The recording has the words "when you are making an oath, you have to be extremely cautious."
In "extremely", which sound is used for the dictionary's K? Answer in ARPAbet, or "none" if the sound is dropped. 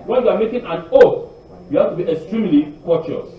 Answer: K